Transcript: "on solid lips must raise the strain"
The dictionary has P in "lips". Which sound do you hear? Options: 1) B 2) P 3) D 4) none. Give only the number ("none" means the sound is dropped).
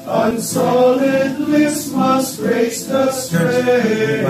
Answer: 4